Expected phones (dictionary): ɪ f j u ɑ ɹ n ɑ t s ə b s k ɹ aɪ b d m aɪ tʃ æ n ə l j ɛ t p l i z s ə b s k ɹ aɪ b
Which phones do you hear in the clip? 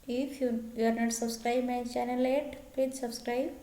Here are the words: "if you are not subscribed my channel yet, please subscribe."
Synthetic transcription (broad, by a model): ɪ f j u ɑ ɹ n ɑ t s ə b s k ɹ aɪ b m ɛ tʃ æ n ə l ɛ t p ɛ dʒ s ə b s k ɹ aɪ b